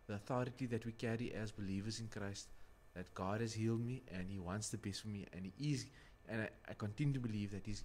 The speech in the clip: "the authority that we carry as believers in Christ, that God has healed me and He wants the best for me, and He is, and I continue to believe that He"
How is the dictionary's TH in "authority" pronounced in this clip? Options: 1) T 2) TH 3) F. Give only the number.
2